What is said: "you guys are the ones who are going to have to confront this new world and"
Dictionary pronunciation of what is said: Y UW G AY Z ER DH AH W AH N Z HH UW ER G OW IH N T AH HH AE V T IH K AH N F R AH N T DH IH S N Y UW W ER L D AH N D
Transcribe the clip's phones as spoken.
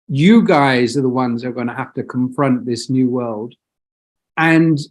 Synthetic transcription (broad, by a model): Y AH G AY Z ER DH AH W AH N Z ER G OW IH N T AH HH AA F T IH K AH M F R AH N T DH IH S N Y UW W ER L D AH N